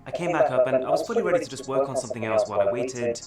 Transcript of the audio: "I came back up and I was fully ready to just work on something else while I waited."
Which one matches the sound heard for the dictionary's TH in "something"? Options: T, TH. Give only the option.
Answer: TH